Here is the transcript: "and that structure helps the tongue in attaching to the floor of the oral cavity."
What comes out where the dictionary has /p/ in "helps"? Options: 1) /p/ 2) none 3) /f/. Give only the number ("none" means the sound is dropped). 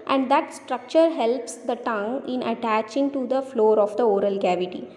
1